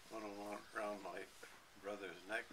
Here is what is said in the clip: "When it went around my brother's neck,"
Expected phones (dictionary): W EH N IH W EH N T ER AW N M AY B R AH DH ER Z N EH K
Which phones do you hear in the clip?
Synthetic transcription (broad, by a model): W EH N IH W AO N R AW N M AY B R AH DH ER Z N EH K